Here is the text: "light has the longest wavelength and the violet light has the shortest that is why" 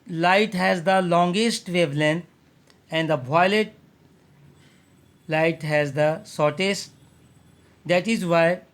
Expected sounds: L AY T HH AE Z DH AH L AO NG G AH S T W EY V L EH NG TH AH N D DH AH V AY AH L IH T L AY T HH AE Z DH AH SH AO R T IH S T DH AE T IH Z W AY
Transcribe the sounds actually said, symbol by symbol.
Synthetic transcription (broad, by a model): L AY T HH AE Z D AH L AO NG G AH S T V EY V L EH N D AH N D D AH B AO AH L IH T L AY T HH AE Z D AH S AO R T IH S T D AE T IH Z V AY